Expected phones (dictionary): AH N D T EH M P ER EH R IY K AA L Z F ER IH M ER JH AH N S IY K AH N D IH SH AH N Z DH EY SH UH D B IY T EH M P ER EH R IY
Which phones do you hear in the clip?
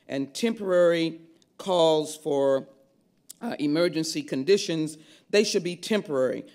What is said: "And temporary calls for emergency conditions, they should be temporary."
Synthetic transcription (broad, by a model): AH N T EH M P ER EH R IY K AA L Z F ER IH M ER JH AH N S IY K AH N D IH SH AH N Z DH EY SH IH D B IY T EH M P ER EH R IY